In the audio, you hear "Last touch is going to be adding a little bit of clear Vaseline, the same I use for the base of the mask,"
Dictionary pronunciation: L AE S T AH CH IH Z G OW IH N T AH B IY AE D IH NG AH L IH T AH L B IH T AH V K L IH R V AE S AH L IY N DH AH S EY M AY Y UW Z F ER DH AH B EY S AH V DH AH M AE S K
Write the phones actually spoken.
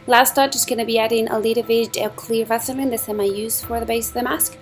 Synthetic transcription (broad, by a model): L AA S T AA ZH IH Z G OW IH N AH B IY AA D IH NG AH L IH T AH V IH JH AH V K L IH R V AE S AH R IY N DH AH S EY M AY Y UW Z F ER DH AH B EY S AH V DH AH M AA S K